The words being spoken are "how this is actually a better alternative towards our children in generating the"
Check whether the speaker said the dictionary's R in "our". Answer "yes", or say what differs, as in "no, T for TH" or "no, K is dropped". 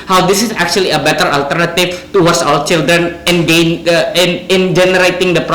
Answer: no, L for R